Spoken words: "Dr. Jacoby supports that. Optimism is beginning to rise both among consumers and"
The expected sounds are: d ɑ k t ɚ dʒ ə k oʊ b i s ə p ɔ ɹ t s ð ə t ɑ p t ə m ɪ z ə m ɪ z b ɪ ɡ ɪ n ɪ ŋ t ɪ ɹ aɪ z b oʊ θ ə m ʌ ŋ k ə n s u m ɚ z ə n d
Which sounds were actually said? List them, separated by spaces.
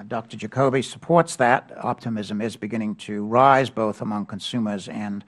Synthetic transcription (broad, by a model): d ɑ k t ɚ dʒ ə k oʊ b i s ə p ɔ ɹ t s ð ə t ɑ p t ə m ɪ z ə m ɪ z b ɪ ɡ ɪ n ɪ ŋ t ɪ ɹ aɪ z b oʊ θ ə m ʌ ŋ k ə n s u m ɚ z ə n